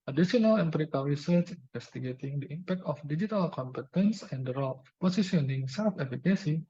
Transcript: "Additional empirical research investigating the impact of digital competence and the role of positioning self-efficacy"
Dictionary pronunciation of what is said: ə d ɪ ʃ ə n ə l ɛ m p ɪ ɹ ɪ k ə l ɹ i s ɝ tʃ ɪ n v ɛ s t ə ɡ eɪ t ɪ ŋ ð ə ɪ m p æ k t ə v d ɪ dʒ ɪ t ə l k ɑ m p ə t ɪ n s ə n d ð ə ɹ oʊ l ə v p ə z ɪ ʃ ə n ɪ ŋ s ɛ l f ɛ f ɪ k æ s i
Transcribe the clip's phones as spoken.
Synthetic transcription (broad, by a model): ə d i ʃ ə n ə l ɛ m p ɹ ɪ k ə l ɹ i s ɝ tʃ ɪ n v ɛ s t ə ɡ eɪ t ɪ ŋ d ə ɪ m p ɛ k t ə f d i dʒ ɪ t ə l k ɑ m p ə t ɪ n s ə n d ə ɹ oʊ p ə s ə s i ə n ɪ ŋ s ɛ l f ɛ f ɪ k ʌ s i